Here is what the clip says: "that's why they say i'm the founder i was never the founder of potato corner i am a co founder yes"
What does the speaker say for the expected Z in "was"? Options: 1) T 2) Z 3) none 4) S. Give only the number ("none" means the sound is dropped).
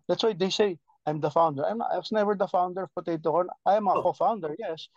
4